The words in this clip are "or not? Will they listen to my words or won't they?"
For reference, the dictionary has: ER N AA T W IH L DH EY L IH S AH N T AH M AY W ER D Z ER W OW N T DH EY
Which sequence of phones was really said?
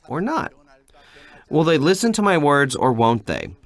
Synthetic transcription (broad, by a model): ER N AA T W IH L DH EY L IH S AH N T AH M AY W ER D Z ER W OW N T DH EY